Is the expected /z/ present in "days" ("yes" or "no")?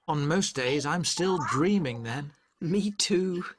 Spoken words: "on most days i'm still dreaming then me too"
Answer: yes